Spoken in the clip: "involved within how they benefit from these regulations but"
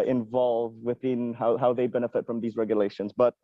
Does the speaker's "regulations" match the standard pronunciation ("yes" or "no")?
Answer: yes